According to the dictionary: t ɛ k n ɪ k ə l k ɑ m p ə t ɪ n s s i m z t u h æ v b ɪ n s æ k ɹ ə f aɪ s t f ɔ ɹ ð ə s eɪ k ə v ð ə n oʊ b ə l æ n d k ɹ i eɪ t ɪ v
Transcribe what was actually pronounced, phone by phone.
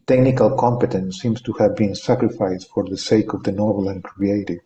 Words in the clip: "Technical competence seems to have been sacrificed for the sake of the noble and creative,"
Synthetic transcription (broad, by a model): t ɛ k n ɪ k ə l k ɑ m p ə t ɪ n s s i m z t u h æ v b ɪ n s æ k ɹ ə f aɪ s t f ɔ ɹ ð ə s eɪ k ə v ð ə n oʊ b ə l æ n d k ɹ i eɪ t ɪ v